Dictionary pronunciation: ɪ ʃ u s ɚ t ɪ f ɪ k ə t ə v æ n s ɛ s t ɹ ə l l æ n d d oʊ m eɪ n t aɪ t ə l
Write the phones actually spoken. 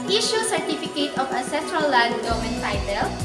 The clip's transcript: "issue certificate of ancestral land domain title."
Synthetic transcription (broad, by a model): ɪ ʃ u s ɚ t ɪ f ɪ k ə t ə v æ s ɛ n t ɹ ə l l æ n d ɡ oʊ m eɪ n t aɪ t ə l